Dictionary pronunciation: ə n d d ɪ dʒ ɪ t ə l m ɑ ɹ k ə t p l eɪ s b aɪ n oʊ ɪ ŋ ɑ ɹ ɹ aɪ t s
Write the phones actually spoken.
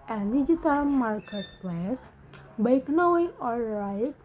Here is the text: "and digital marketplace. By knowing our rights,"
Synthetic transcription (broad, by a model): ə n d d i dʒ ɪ t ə l m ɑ ɹ k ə t p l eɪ s b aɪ n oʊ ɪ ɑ l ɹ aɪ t